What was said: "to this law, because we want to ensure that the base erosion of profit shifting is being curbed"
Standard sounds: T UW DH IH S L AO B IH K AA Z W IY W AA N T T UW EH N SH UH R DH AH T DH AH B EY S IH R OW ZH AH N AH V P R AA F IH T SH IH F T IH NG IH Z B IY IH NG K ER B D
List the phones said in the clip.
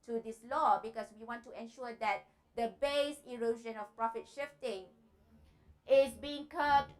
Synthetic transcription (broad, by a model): T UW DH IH S L AO B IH K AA S W IY W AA N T T UW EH N SH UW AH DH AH T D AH B EY S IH R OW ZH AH N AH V P R AA F IH T SH IH F T IH NG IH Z B IY IH NG K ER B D